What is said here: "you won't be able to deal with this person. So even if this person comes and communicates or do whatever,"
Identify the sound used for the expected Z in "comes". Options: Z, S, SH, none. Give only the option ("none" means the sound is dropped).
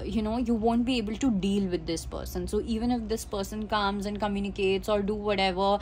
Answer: Z